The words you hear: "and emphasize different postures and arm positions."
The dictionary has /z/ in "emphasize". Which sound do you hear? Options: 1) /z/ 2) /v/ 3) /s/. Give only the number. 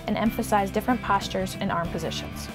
1